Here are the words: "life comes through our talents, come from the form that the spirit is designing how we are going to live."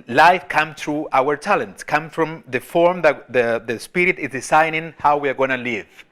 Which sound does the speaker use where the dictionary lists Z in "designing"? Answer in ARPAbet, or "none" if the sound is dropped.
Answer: S